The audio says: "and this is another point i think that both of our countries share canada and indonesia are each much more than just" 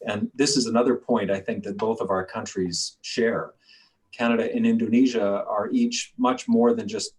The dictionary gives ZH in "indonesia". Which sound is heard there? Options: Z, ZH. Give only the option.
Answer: ZH